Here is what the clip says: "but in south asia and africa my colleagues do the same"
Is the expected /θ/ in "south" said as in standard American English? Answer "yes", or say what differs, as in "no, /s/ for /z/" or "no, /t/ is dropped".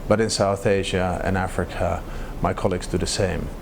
yes